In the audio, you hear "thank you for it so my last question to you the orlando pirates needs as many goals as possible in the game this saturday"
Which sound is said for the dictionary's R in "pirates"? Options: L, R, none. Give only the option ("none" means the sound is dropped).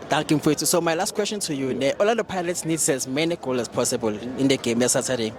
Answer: L